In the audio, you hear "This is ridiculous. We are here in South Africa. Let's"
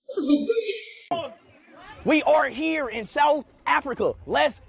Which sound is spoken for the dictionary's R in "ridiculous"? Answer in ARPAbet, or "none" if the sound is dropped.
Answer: W